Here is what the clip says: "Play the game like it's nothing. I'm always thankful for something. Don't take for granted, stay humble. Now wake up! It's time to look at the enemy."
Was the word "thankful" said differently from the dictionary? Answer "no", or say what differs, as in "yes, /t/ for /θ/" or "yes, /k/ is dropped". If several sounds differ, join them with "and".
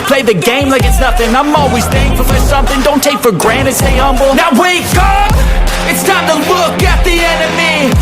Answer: yes, /k/ is dropped